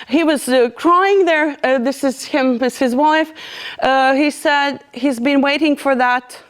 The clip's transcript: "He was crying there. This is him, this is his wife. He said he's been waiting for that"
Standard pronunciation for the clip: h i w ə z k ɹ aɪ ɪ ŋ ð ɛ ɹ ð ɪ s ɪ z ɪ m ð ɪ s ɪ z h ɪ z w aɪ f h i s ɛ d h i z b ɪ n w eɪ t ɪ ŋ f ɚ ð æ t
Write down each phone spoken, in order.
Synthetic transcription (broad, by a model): h i w ə z k ɹ aɪ ɪ ŋ ð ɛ ɹ ð ɪ s ɪ z ɪ m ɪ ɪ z h ɪ z w aɪ f h i s ɛ d h i z b ɪ n w eɪ t ɪ ŋ f ɚ ð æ t